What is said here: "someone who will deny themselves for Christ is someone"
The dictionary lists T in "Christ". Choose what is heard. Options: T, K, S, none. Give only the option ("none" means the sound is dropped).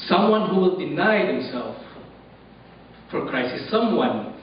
none